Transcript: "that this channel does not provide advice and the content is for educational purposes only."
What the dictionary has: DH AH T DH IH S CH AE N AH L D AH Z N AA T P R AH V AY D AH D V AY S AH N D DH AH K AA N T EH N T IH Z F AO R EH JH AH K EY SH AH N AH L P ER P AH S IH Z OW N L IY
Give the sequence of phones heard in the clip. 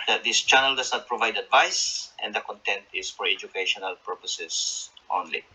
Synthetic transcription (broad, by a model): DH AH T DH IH S CH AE N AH L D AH S N AA T P R AH V AY D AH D V AY S AH N D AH K AA N T EH N T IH S F AO R EH JH AH K EY SH AH N AH L P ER P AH S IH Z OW N L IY